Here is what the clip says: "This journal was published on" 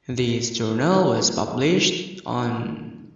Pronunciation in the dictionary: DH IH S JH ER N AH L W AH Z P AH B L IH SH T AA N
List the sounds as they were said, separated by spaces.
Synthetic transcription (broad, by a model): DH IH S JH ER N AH L W AH Z P AH B L IH SH T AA N